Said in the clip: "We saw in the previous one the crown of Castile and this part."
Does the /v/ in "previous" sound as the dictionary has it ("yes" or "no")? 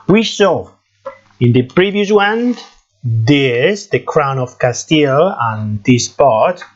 yes